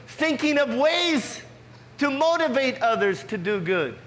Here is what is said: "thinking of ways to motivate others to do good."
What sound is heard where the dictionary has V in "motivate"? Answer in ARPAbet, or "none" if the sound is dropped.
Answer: V